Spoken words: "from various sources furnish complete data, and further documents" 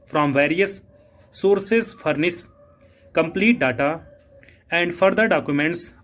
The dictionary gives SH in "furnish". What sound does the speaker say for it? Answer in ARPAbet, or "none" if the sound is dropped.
S